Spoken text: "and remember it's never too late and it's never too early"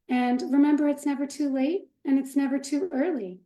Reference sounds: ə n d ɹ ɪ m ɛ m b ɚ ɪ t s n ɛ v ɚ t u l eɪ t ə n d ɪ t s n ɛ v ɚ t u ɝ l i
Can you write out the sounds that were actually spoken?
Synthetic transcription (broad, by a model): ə n ɹ ɪ m ɛ m b ɚ ɪ t s n ɛ v ɚ t u l eɪ t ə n ɪ t s n ɛ v ɚ t u ɝ l i